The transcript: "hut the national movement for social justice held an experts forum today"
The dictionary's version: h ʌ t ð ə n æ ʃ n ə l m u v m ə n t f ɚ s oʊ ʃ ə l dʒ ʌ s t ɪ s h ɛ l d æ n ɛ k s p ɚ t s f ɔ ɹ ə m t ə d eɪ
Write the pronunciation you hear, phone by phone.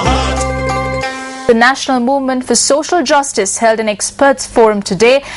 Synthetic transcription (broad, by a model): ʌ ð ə n æ ʃ n ə l m u v m ə n t f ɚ s oʊ ʃ ə l dʒ ʌ s t ɪ s h ɛ l d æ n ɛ k s p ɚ t s f ɔ ɹ ə m t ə d eɪ